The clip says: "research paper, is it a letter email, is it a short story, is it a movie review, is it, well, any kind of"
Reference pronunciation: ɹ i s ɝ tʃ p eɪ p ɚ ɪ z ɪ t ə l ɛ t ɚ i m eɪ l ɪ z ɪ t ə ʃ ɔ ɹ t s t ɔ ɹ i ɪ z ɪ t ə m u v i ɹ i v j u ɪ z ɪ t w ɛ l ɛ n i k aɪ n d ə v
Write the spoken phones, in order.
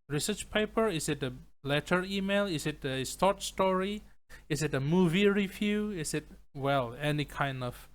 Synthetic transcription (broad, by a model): ɹ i s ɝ tʃ p eɪ p ɚ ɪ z ɪ t ə l ɛ t ɚ i m eɪ l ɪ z ɪ t ə s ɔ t s t ɔ ɹ i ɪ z ɪ t ə m u v i ɹ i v j u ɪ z ɪ t w ɛ l ɛ n i k aɪ n d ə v